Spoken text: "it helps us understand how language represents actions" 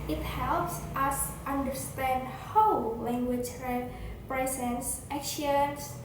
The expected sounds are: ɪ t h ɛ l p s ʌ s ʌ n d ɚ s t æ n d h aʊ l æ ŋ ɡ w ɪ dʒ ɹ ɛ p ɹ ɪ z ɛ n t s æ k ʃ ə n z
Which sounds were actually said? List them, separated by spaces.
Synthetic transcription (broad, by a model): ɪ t h ɛ l p s ʌ s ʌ n d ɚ s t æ n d h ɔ l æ ŋ ɡ w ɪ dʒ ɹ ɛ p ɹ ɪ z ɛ n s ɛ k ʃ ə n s